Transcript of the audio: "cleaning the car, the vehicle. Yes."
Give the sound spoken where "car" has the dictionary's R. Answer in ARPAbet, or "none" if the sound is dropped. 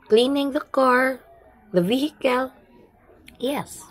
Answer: R